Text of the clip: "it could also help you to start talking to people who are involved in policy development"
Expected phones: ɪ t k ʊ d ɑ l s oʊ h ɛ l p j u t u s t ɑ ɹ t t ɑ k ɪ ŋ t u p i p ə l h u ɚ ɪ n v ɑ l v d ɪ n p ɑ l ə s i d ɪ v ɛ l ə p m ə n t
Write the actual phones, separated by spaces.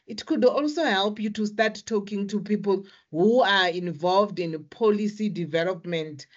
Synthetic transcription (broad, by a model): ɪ t k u d ɑ l s oʊ h ɛ l p j u t u s t ɑ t t ɑ k ɪ ŋ t u p i p ə l h u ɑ ɪ n v ɑ l v d ɪ n p ɑ l ə s i d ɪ v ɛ l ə p m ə n t